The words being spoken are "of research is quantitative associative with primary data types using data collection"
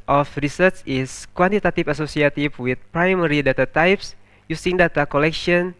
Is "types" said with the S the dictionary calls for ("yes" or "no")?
yes